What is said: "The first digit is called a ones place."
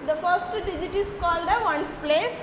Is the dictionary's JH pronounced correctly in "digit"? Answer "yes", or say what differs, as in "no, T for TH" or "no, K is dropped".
yes